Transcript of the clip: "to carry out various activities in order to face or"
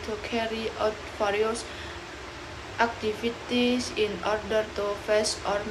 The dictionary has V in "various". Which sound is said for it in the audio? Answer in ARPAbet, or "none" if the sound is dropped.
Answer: F